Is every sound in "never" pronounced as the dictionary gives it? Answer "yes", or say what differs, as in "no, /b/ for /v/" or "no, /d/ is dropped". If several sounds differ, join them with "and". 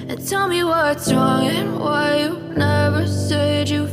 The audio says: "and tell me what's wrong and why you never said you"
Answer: yes